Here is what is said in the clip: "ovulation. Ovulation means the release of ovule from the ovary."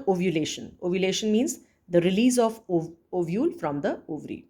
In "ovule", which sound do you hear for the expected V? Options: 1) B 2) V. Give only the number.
2